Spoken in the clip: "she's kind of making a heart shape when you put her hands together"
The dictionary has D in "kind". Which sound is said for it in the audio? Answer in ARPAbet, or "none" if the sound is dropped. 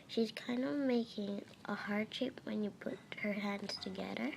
D